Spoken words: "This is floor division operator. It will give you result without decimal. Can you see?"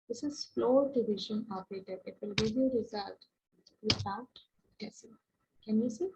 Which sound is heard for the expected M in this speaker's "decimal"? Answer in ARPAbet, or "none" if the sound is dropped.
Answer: none